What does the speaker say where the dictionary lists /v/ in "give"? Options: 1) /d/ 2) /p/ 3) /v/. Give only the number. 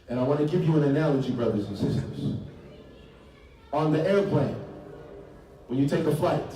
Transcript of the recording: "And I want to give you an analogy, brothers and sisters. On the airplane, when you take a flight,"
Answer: 2